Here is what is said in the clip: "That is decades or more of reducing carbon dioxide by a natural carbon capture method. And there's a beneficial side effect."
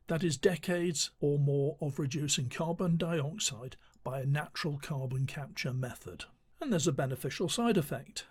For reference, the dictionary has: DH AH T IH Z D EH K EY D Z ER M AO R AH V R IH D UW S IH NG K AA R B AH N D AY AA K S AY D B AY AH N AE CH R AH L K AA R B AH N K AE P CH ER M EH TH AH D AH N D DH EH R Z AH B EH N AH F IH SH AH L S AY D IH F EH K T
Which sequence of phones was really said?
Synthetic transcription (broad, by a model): DH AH T IH Z D EH K EY D Z ER M AO R AH V R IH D UW S IH NG K AA R B AH N D AY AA K S AY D B AY AH N AE CH R AH L K AA R B AH N K AE P CH ER M EH TH AH D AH N DH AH R Z AH B EH N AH F IH SH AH L S AY D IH F EH K T